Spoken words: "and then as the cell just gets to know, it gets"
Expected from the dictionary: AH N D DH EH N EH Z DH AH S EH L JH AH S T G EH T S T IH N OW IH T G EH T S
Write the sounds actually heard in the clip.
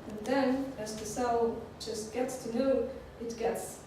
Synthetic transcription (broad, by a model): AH N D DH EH N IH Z DH AH S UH N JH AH S T G EH T S T IH N OW IH T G EH T S